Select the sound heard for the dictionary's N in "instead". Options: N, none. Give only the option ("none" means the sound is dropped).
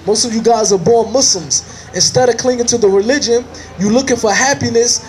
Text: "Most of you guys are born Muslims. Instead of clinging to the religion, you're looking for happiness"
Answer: N